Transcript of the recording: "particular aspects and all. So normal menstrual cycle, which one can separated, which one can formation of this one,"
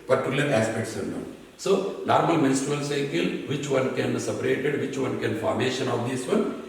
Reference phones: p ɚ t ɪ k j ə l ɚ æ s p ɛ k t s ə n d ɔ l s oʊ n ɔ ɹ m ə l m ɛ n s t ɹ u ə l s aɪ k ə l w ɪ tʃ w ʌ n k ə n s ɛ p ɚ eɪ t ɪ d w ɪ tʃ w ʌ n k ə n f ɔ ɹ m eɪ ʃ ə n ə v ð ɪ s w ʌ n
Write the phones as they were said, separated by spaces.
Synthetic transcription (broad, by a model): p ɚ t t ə l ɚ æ s p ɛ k t s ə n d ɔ n s oʊ n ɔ ɹ m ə l m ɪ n s t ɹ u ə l s aɪ k ə l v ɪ tʃ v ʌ n k ə n s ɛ p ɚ eɪ t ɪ d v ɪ tʃ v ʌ n k ə n f ɔ ɹ m eɪ ʃ ə n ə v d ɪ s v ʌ n